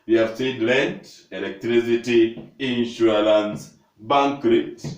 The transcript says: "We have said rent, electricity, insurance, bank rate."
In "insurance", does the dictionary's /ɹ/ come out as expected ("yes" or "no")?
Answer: no